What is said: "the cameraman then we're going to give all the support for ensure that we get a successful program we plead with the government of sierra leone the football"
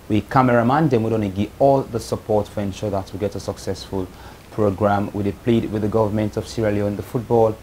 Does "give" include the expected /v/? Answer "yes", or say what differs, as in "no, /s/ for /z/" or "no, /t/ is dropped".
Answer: no, /v/ is dropped